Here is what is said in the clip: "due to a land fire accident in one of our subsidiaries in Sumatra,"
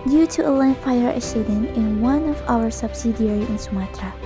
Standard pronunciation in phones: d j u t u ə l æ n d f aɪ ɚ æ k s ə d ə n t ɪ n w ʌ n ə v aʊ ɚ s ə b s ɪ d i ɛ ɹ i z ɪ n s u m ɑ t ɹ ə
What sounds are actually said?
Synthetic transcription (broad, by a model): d j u t u ə l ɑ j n f aɪ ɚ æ s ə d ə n ɪ n w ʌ n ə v aʊ ɚ s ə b s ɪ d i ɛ ɹ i ɪ n s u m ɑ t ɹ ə